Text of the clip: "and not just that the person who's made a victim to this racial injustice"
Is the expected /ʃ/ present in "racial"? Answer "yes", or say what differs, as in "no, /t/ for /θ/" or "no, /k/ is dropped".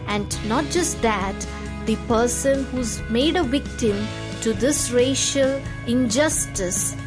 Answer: yes